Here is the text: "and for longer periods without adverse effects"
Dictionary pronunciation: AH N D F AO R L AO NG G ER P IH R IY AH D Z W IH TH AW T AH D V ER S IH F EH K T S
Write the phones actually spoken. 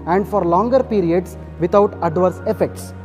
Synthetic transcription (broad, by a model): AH N D F AO R L AO NG G ER P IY R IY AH D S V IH T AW T AH D V ER S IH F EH K T S